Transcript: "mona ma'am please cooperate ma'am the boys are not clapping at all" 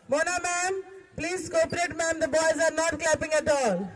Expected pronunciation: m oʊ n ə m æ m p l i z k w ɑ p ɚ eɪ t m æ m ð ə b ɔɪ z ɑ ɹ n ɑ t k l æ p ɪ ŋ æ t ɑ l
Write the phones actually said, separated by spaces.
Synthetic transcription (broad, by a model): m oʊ n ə m æ m p l i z k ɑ p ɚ eɪ t m æ m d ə b ɔɪ z ɑ ɹ n ɑ t k l æ p ɪ ŋ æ t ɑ l